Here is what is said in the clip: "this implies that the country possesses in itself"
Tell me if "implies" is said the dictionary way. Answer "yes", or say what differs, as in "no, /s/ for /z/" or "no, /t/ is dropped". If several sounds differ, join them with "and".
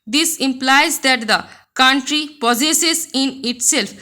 yes